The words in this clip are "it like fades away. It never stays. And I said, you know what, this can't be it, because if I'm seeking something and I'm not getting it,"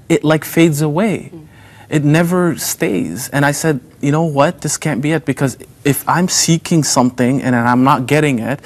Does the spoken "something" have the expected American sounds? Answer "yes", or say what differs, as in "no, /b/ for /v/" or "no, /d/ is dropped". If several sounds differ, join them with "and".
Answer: yes